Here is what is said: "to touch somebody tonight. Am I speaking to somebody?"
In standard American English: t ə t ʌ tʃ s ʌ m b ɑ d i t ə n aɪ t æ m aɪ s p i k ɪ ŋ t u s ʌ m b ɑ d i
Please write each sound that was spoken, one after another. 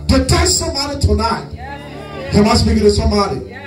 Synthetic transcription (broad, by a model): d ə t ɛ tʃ s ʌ m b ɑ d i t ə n aɪ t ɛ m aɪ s b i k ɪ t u s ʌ m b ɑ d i